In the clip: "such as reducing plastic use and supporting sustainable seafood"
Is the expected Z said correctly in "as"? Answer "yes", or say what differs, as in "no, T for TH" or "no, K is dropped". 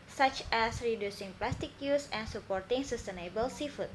no, S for Z